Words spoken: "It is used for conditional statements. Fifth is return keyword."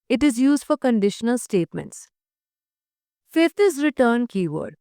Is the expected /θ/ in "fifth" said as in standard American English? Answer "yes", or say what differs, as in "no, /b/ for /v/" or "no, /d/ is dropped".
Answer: no, /t/ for /θ/